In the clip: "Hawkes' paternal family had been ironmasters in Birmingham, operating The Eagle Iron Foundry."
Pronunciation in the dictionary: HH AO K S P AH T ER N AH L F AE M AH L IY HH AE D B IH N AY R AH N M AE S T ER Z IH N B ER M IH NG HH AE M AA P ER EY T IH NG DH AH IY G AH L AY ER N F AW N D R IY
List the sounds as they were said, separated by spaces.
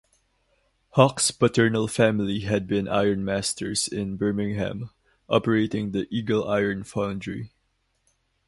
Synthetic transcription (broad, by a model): HH AO K S P AH T ER N AH L F AE M AH L IY HH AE D B IH N AY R N M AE S T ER S IH N B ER M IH NG HH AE M AA P ER EY T IH NG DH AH IY G AH L AY ER N F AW N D R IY